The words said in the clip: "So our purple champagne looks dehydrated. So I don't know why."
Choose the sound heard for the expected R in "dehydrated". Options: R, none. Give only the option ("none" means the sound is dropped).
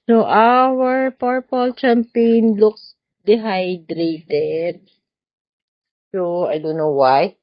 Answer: R